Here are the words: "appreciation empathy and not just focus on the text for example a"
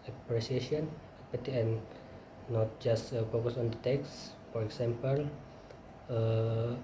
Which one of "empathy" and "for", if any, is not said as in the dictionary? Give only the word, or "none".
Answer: empathy